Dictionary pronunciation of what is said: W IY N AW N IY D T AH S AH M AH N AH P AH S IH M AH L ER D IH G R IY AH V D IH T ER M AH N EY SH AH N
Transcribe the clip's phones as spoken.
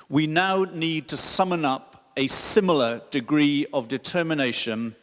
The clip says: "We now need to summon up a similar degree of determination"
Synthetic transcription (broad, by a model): W IY N AW N IY D T AH S AH M AH N AH P AH S IH M L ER D IH G R IY AH V D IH T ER M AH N EY SH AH N